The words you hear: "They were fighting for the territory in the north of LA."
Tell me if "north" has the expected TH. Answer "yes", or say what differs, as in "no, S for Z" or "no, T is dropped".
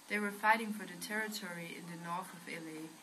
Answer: yes